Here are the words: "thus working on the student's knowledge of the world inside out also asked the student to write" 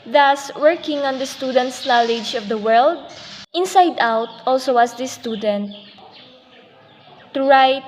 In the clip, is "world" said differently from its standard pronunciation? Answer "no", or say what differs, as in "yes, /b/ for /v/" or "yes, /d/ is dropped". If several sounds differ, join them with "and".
no